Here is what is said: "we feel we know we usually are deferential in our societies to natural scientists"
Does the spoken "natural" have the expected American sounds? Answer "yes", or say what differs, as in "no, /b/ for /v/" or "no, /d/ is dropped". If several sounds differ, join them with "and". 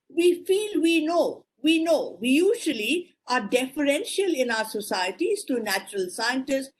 yes